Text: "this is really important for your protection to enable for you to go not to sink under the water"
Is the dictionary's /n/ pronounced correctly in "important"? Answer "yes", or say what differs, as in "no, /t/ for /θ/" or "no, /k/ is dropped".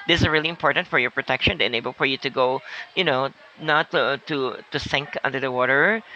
yes